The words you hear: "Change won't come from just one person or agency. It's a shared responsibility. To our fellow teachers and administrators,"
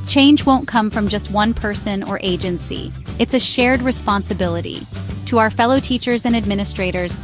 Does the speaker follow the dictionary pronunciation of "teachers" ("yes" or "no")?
yes